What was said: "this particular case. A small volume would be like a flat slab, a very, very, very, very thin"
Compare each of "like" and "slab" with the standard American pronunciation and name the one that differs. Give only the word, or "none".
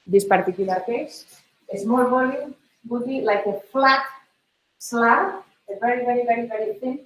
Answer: slab